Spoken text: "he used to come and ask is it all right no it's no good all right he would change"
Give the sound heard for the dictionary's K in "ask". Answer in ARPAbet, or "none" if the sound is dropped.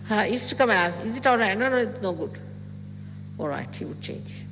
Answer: none